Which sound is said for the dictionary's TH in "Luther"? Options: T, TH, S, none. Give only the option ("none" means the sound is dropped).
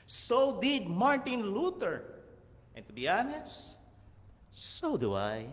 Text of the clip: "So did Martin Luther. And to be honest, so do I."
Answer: T